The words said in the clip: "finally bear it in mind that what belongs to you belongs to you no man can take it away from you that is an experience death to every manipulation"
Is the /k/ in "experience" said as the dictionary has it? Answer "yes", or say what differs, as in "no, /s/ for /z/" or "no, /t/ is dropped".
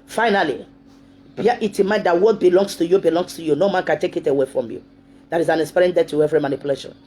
no, /k/ is dropped